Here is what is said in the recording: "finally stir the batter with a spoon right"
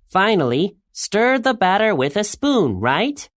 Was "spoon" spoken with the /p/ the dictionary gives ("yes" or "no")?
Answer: yes